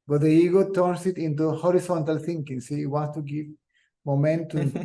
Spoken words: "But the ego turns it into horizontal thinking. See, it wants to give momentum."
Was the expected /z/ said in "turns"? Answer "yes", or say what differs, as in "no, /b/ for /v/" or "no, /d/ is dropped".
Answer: no, /s/ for /z/